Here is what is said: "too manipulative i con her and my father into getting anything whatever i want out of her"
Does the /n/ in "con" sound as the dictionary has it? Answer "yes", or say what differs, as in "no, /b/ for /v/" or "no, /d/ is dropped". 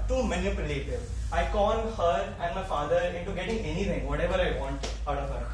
no, /l/ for /n/